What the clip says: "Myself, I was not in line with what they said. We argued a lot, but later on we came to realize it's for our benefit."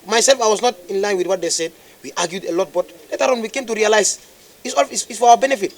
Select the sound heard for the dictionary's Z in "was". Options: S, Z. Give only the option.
S